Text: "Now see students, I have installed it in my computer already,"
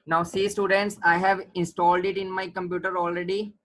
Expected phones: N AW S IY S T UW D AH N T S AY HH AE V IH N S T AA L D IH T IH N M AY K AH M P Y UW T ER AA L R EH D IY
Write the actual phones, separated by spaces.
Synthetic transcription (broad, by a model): N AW S IY S T UW D AH N T S AY HH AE V IH N S T AA L D IH T IH N M AY K AH M P Y UW T ER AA L R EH D IY